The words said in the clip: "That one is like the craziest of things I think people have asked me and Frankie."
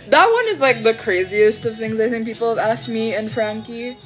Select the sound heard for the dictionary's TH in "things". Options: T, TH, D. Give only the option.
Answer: TH